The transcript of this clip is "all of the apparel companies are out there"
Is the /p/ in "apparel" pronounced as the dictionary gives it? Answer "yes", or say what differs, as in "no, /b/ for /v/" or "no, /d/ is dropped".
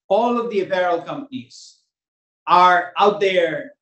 no, /b/ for /p/